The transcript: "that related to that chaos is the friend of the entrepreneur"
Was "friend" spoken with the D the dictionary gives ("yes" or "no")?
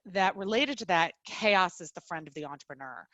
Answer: yes